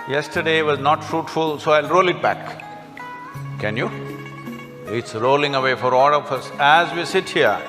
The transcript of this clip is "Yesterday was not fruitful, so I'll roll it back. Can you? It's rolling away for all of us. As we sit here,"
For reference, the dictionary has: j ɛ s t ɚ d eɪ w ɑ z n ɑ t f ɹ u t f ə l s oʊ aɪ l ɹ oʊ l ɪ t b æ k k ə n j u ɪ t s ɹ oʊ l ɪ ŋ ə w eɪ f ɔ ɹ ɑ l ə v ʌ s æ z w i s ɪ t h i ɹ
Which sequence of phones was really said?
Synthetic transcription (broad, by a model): j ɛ s t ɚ d eɪ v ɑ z n ɑ t f ɹ u t f ə l s oʊ aɪ l ɹ oʊ l ɪ t b æ k k ə n j u ɪ t s ɹ oʊ l ɪ ŋ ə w eɪ f ɔ ɹ ɑ l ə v ʌ s æ z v i s ɪ t h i ɹ